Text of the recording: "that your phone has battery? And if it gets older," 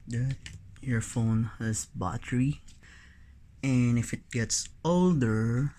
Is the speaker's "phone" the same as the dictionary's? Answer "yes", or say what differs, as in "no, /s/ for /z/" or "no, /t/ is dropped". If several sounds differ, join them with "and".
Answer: yes